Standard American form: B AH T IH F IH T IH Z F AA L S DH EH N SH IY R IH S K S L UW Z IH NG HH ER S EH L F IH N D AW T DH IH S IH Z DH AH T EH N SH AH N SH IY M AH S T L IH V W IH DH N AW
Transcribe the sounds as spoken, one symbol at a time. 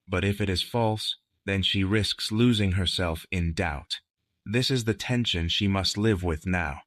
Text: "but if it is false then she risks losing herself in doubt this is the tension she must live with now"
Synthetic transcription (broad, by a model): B AH T IH F IH T IH Z F AA L S DH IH N SH IY R IH S K S L UW Z IH NG HH ER S EH L F IH N D AW T DH IH S IH Z DH AH T EH N SH AH N SH IY M AH S T L IH V W IH DH N AW